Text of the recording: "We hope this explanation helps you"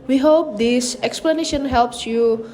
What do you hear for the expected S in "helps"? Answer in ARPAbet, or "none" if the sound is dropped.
S